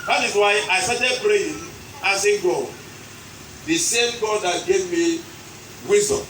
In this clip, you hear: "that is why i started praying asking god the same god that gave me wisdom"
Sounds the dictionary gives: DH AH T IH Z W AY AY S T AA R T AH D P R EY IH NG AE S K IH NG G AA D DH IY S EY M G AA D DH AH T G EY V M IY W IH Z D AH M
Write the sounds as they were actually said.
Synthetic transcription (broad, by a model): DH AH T IH Z W AY AY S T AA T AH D B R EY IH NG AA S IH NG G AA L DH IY S EY M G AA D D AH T G EY V M IY W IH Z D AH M